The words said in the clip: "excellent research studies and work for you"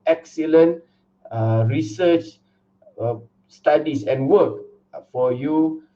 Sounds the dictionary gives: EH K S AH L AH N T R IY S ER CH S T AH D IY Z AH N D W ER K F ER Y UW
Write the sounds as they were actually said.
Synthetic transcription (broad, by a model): EH K S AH L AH N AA R IY S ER CH S T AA D IY S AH N W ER K F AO Y UW